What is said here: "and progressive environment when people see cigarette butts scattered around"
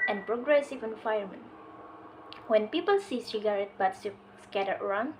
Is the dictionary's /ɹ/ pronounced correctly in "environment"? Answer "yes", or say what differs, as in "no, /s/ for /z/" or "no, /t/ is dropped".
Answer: no, /ɹ/ is dropped